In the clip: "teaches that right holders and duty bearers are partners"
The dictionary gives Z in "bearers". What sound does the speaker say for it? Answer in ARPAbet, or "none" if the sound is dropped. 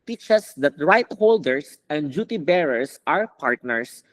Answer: S